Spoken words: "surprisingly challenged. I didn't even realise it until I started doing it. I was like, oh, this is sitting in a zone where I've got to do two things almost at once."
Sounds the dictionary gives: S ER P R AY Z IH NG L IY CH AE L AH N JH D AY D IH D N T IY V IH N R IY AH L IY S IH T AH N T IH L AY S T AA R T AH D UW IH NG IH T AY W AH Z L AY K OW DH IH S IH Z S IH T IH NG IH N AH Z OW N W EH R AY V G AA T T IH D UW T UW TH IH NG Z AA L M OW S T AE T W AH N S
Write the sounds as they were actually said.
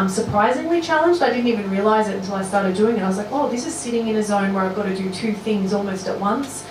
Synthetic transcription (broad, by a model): S ER P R AY Z IH NG L IY CH AE L AH N JH D AY D IH D N T IY V IH N R IY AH L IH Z IH T N T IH L AY S T AA R T AH D UW IH NG IH T AY W AH Z L AY K OW DH IH S IH Z S IH T IH NG IH N AH Z OW N W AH R AY V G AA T T IH D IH T UW TH IH NG Z AA L M OW S T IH T W AH N S